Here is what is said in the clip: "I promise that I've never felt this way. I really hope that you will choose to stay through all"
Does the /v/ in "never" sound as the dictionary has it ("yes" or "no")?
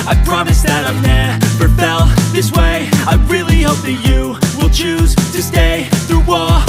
no